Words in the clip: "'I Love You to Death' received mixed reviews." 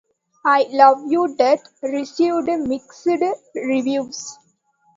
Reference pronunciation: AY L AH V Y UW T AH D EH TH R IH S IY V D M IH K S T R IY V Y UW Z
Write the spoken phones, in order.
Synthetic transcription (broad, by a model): AY L AH V Y UW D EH T R IH S IY V D M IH K S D R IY V Y UW S